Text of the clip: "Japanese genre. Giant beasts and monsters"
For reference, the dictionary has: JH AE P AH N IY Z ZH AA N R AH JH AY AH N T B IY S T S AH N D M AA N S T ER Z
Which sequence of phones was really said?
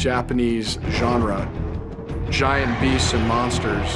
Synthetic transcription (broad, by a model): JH AE P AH N IY Z ZH AA N R AH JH AY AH N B IY S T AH N M AA N S T ER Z